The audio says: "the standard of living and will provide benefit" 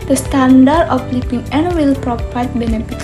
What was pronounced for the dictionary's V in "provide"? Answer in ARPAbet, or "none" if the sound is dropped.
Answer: P